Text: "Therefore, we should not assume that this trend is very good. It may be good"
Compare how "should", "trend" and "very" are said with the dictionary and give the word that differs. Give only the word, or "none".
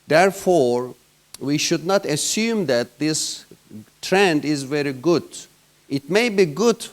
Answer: none